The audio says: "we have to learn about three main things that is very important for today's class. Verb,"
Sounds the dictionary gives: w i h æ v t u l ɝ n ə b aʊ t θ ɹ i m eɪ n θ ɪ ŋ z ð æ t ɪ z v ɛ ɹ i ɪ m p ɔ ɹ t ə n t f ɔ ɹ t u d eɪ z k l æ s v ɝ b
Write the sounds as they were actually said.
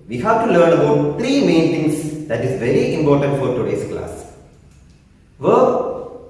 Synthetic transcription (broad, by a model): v i h æ v t u l ɝ n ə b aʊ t t ɹ i m eɪ n t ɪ ŋ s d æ t ɪ z v ɛ ɹ i ɪ m p ɔ ɹ t ə n t f ɔ ɹ t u d eɪ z k l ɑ s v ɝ